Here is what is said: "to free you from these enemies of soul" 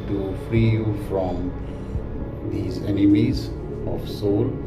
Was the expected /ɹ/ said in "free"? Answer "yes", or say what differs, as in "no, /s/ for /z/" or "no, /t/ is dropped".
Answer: yes